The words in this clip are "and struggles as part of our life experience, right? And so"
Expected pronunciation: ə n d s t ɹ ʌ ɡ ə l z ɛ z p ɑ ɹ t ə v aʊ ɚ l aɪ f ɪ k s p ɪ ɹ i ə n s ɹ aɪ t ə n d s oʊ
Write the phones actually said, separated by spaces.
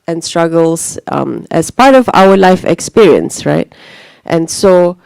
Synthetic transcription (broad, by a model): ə n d s t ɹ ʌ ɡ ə l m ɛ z p ɑ ɹ t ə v aʊ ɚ l aɪ f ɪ k s p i ɹ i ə n s ɹ aɪ t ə n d s oʊ